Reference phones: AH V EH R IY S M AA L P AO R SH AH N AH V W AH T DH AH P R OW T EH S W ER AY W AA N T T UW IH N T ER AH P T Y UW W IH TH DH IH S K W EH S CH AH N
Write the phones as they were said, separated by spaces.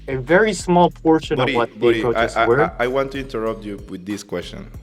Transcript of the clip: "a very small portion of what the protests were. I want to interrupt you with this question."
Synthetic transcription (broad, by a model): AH V EH R IY S M AA L P AO R SH AH N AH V W AH T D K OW S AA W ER AY W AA N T T UW IH N T ER AH P T Y UW W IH DH IH S K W EH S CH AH N